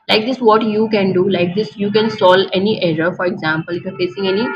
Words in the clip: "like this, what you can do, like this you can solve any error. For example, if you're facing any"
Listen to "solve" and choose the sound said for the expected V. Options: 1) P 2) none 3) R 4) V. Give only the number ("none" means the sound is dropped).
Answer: 2